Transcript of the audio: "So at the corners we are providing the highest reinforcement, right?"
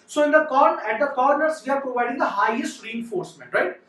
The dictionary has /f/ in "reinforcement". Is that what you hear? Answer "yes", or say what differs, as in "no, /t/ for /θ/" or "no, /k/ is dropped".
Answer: yes